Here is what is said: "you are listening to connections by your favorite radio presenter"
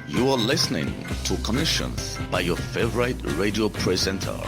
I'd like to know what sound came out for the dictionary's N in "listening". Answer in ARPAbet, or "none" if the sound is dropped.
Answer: N